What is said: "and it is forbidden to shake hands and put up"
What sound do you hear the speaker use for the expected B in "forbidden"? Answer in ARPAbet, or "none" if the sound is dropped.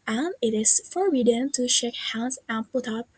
none